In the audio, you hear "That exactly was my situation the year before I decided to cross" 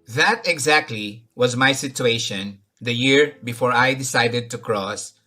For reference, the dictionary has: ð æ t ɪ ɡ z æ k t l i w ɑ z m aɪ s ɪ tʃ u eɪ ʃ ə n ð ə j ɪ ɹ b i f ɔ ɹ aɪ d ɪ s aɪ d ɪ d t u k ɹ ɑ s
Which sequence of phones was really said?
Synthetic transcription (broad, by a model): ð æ t ɪ ɡ z æ k t l i w ɑ z m aɪ s ɪ tʃ u eɪ ʃ ə n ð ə j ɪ ɹ b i f ɔ ɹ aɪ d ɪ s aɪ d ɪ d t u k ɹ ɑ s